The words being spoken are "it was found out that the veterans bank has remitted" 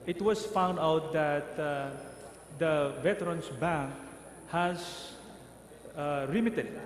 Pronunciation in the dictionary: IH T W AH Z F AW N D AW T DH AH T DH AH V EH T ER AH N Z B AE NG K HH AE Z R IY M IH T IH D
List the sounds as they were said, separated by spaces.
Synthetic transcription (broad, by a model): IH T W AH S F AW N D AW T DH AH T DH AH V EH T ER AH N S B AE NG K HH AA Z R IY M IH T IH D